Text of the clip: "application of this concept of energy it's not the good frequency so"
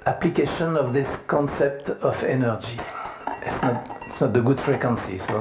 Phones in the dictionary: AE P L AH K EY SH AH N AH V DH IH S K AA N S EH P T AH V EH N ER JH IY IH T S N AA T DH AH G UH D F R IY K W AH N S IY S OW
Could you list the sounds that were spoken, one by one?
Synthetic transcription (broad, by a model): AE P L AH K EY SH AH N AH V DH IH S K AA N S EH P T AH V EH N ER JH IY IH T S N AA T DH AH G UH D F R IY K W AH N S IY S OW